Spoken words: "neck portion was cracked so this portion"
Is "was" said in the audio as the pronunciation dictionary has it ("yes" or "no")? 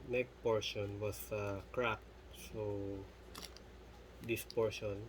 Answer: no